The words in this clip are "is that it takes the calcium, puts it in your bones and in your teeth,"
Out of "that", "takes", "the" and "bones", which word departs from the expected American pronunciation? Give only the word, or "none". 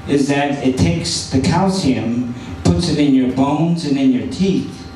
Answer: none